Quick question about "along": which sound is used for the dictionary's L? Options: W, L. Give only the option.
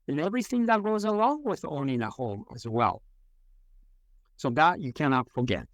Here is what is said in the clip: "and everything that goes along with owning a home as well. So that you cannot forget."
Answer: W